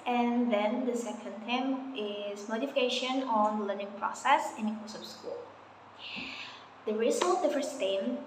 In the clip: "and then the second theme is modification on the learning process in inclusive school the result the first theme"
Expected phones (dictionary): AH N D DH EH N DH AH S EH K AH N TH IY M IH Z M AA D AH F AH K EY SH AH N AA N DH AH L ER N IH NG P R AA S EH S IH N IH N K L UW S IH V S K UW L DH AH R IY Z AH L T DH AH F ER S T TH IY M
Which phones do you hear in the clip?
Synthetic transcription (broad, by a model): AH N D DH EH N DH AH S EH K AH N T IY M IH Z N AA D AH F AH K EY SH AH N AA N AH L ER N IH NG P R AA S EH S IH N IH K UW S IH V S K UW L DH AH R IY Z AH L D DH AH F ER S T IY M